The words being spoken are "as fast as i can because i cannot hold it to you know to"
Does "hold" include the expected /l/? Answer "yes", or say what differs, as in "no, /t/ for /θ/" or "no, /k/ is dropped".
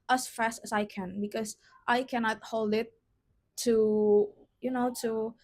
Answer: yes